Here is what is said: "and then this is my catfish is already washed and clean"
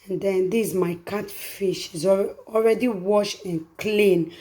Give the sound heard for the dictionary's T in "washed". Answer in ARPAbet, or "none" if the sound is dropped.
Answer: none